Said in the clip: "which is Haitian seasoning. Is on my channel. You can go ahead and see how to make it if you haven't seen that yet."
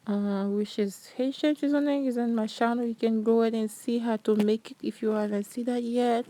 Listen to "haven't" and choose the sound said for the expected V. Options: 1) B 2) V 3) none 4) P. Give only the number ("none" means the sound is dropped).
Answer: 3